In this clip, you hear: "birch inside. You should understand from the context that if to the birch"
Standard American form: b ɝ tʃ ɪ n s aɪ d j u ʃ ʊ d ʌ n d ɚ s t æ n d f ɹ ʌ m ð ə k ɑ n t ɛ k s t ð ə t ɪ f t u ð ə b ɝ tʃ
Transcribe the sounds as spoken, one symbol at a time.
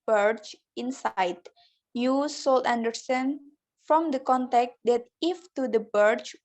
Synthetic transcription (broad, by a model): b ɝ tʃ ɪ n s aɪ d j u s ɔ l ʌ n d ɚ s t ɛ n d f ɹ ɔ m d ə k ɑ n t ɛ k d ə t ɪ f t u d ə b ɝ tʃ